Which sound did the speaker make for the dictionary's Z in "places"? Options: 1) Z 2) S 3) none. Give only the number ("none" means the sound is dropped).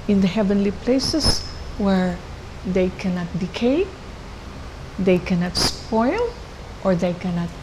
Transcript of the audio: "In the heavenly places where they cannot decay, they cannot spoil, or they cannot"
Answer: 2